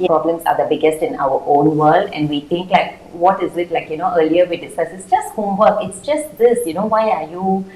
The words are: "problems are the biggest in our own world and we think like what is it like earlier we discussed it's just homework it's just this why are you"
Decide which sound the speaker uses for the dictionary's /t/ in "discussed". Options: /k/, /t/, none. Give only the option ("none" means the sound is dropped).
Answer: none